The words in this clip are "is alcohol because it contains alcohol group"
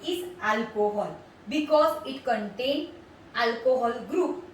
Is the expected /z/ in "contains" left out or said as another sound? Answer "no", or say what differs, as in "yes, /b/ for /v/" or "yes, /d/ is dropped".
yes, /z/ is dropped